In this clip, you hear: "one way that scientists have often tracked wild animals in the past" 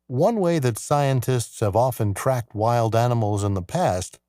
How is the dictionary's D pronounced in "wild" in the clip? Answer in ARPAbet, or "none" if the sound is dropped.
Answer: D